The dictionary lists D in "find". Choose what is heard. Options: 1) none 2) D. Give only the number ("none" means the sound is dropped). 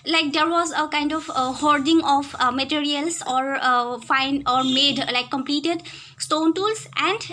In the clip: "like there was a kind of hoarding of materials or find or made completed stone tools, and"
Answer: 1